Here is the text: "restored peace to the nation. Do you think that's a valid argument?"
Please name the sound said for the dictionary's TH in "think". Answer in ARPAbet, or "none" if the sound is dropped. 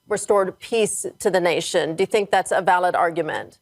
TH